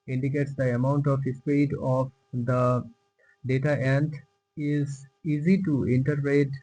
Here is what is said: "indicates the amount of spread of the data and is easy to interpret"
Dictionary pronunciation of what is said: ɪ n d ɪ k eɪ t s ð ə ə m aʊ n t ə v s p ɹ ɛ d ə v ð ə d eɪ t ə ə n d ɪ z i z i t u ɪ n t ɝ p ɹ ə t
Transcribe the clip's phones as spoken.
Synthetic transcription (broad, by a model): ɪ n d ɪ k eɪ t s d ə ə m aʊ n t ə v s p ɛ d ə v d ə d eɪ t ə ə n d ɪ z i z i t u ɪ n t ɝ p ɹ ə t